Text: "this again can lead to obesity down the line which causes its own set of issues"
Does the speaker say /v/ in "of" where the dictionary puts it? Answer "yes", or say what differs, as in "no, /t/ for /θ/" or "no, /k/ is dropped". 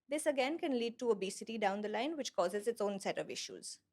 yes